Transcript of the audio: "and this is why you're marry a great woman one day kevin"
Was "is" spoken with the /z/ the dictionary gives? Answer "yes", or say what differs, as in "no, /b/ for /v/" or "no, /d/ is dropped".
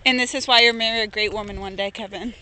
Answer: yes